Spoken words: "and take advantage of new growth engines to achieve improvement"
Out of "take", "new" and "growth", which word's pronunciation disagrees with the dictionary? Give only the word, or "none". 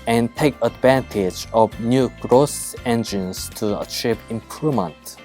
growth